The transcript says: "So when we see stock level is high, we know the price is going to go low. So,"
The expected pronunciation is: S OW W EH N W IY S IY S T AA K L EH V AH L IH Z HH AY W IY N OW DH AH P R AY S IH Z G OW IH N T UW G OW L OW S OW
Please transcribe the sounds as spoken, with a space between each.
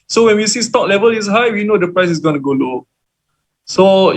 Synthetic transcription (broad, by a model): S OW W EH N W IY S IY S T AA K L EH V AH L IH S HH AY W IY N OW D AH P R AY S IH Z G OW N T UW G OW L OW S OW